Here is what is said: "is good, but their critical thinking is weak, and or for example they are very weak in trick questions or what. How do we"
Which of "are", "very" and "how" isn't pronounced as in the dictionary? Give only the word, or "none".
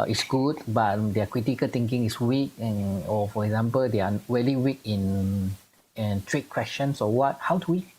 very